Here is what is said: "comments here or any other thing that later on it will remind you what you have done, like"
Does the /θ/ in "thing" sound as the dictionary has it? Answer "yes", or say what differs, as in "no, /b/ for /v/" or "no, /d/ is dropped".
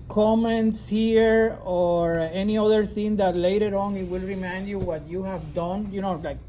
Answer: no, /s/ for /θ/